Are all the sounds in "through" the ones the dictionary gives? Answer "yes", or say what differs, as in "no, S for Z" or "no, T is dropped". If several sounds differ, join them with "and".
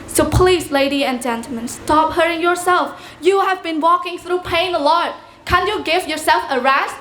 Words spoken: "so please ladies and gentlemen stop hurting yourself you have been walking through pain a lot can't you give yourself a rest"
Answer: yes